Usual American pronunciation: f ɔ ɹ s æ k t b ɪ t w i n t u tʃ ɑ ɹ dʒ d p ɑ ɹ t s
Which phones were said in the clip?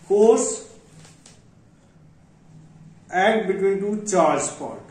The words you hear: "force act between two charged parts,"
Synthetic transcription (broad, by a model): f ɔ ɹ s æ t b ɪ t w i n t u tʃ ɑ ɹ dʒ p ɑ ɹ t